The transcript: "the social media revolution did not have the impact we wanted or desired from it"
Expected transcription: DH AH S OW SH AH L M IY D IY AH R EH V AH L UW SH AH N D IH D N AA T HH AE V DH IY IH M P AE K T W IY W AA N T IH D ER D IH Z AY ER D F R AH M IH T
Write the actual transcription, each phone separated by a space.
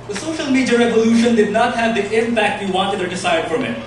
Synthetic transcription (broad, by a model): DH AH S OW SH AH L M IY D IY AH R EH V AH L UW SH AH N D IH D N AA T HH AE V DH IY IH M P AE K T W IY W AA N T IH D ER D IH S AY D F R AH M IH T